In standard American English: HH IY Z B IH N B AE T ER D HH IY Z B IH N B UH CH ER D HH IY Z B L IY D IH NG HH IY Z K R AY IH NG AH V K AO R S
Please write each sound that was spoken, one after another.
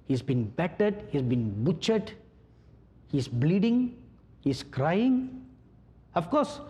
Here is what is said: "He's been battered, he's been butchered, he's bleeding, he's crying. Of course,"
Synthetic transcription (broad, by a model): HH IY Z B IH N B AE T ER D HH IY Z B IH N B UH CH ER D HH IY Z B L IY D IH NG HH IY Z K R AY IH NG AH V K AO R S